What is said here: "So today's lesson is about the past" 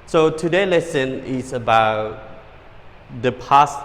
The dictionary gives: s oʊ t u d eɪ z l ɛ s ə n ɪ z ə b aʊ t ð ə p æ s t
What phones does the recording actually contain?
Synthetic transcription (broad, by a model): s oʊ t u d eɪ l ɛ s ə n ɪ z ə b aʊ t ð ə p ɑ s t